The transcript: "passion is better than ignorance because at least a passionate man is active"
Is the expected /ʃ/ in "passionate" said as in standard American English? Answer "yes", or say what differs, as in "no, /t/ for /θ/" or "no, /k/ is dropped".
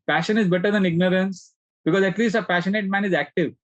yes